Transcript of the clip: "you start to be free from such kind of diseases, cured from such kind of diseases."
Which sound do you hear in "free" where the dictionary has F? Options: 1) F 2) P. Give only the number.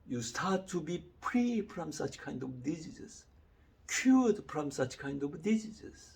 2